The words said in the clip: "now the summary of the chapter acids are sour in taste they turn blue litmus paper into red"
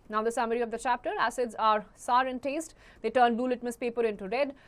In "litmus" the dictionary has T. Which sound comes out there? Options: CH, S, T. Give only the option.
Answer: T